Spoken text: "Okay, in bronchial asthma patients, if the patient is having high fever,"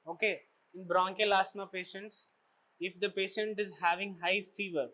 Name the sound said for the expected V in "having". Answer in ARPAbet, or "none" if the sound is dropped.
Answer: V